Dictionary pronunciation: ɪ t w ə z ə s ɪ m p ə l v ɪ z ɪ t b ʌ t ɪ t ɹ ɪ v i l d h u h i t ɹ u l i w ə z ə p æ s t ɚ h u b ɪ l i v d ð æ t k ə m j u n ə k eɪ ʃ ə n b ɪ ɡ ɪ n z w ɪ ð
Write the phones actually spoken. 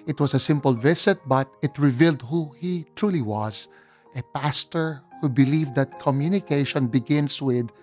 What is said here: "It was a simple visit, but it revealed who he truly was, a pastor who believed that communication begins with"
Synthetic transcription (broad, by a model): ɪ t w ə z ə s ɪ m p ə l v ɪ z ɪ t b ʌ t ɪ t ɹ ɪ v i l d h u h i t ɹ u l i w ə z ə p æ s t ɚ h u b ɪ l i v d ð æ t k ə m j u n ə k eɪ ʃ ə n b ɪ ɡ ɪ n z w ɪ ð